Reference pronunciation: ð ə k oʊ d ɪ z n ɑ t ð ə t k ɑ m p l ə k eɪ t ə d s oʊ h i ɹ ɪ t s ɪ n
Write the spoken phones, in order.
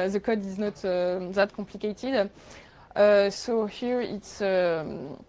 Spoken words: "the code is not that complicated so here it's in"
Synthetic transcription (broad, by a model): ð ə k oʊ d ɪ z n ɑ t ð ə t k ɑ p l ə k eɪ t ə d s oʊ h i ɹ ɪ t s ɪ